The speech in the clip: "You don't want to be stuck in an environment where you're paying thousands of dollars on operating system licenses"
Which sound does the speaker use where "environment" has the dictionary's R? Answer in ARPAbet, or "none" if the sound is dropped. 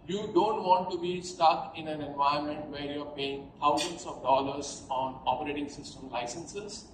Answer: none